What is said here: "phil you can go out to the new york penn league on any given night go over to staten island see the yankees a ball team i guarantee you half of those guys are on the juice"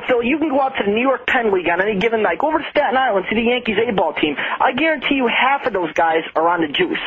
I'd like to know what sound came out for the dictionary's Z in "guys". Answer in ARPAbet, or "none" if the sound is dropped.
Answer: Z